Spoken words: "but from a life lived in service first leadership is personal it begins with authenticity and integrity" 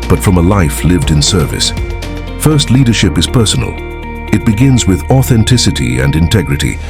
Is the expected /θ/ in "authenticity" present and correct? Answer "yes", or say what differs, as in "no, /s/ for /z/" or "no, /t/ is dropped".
yes